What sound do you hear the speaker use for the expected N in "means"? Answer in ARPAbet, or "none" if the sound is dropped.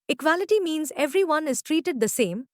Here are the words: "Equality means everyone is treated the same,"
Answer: N